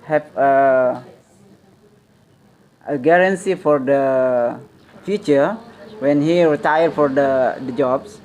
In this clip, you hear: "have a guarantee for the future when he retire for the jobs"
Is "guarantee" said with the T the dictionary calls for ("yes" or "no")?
no